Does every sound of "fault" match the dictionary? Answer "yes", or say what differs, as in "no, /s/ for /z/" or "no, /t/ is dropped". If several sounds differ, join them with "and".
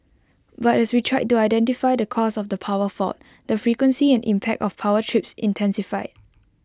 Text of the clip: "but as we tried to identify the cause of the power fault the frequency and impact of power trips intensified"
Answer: no, /l/ is dropped